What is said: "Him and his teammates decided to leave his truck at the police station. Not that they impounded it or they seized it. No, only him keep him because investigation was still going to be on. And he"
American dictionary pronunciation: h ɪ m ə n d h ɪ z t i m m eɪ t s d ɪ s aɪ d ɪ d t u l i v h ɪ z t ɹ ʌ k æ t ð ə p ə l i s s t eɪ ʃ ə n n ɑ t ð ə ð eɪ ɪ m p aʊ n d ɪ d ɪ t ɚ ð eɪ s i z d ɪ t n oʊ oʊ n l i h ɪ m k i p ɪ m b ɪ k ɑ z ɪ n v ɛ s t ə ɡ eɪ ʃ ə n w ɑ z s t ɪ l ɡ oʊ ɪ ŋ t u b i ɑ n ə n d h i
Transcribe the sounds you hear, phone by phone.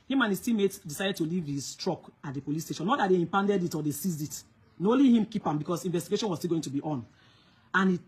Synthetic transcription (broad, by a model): h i m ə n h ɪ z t i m m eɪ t d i s aɪ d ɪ d t u l i v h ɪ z t ɹ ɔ k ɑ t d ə p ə l i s s t eɪ ʃ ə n n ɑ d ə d eɪ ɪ m p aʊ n d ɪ d ɪ t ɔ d eɪ s i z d ɪ t n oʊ oʊ l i h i m k i p ɪ m b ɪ k ɑ s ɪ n v ɛ s t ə ɡ eɪ ʃ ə n w ɑ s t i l ɡ oʊ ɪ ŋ t u b i ɑ n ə n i